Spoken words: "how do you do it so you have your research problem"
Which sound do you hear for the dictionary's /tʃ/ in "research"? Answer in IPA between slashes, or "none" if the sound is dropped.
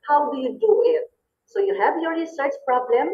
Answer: /s/